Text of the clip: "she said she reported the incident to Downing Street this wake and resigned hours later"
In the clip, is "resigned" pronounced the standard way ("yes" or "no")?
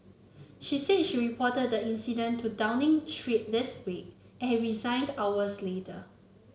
yes